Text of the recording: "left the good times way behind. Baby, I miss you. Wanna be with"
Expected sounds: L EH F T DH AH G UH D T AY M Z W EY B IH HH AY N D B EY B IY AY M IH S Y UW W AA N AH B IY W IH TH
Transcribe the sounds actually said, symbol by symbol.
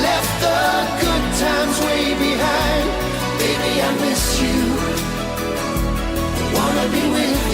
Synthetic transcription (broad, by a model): L EH F T DH AH G UH D T AY M Z W EY B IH HH AY N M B EY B IY AY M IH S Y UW W AA N AH B IY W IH